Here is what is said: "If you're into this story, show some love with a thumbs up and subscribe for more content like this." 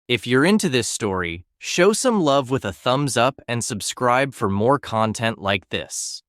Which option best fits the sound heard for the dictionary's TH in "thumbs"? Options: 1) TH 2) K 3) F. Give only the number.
1